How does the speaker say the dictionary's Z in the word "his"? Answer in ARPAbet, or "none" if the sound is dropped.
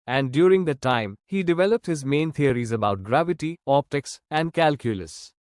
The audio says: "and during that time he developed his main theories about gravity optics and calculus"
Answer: Z